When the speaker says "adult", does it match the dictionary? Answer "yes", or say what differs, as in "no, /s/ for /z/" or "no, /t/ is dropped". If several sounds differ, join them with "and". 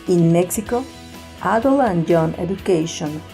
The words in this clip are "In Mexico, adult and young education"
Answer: no, /t/ is dropped